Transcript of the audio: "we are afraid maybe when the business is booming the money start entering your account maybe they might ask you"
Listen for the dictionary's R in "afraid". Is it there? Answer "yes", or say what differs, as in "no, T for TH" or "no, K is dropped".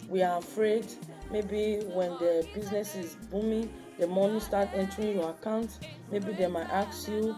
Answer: yes